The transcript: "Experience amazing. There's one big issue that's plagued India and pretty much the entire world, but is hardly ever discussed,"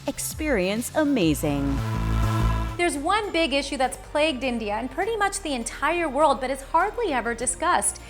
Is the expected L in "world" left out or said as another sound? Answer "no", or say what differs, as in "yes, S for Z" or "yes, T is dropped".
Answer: no